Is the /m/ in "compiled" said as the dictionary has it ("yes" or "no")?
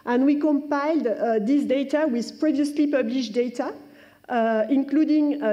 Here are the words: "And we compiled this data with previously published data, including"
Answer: yes